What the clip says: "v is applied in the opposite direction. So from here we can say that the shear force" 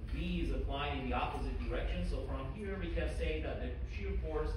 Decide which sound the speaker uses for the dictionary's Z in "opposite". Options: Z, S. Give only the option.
Z